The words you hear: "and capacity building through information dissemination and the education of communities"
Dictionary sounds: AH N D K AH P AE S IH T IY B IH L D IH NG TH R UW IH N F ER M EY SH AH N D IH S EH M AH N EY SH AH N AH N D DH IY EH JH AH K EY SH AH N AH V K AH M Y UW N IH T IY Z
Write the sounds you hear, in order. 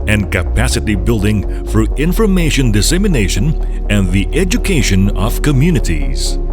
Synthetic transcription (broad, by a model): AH N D K AH P AE S IH T IY B IH L D IH NG F R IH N F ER M EY SH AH N D IH S EH M AH N EY SH AH N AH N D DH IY EH JH AH K EY SH AH N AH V K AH M Y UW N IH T IY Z